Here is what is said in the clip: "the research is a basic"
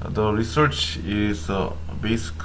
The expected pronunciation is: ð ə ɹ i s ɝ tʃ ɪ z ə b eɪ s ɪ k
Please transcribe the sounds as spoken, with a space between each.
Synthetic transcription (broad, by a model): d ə ɹ i s ɝ tʃ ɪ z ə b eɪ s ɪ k